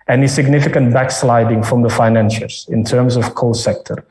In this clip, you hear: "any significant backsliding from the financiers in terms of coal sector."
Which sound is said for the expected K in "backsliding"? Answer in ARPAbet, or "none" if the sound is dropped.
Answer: K